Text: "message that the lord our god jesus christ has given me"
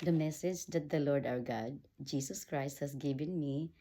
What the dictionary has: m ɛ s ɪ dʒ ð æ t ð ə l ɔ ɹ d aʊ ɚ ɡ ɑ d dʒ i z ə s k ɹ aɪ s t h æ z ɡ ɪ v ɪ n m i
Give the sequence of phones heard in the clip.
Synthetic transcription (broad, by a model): m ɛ s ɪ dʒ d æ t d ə l ɔ ɹ d aʊ ɚ ɡ ɑ d dʒ i s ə s k ɹ aɪ s t h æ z ɡ ɪ v ɪ n m i